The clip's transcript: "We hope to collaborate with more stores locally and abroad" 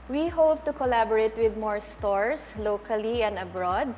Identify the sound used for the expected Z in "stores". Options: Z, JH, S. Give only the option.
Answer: S